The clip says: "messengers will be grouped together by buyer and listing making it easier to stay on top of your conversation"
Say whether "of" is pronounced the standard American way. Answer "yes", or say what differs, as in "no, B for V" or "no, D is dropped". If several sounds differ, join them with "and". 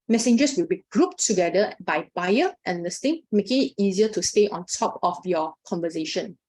no, F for V